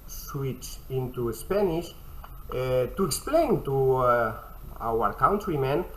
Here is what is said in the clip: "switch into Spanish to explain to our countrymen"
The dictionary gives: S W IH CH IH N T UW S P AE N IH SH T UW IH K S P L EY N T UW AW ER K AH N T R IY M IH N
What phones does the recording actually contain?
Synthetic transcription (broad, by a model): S W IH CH IH N T UW S P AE N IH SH T UW IH K S P L EY N T UW AW ER K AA N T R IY M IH N